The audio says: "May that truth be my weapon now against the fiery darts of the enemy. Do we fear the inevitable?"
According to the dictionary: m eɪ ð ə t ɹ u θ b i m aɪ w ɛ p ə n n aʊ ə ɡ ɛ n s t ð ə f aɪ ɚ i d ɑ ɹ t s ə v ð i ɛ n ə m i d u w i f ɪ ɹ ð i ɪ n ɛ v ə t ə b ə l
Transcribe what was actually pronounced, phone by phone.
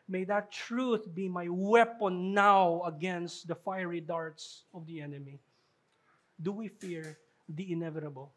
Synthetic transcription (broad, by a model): m eɪ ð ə t ɹ u θ b i m aɪ w ɛ p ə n n aʊ ə ɡ ɛ n s t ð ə f aɪ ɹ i d ɑ ɹ t s ə v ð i ɛ n ə m i d u w i f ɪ ɹ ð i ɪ n ɛ v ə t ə b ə l